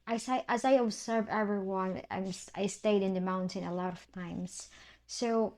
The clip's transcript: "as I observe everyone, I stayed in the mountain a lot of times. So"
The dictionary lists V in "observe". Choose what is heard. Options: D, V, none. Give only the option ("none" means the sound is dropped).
V